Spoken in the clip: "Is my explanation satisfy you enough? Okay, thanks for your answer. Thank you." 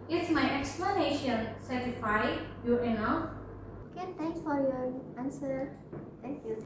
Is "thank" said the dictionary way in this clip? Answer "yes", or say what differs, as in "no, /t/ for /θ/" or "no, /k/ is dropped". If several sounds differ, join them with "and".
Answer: no, /t/ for /θ/